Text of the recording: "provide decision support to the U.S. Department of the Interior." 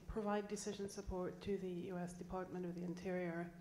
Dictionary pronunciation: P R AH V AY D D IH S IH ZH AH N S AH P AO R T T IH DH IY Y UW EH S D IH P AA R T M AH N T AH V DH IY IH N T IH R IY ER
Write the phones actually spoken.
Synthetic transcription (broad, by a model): P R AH V AY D D IH S IH ZH AH N S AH P AO R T T IH DH IY Y UW EH S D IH P AA R T M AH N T AH V DH IY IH N T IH R IY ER